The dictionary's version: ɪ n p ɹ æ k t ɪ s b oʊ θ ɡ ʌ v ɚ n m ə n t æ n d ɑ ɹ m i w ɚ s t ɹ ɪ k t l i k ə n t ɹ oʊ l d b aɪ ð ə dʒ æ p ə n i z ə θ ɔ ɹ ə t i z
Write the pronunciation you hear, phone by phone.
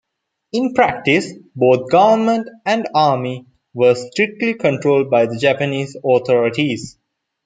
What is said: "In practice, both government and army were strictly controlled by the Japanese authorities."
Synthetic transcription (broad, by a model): ɪ n p ɹ æ k t ɪ s b oʊ t ɡ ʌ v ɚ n m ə n t æ n d ɑ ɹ m i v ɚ s t ɹ ɪ k t l i k ə n t ɹ oʊ l d b aɪ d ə dʒ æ p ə n i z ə t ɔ ɹ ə t i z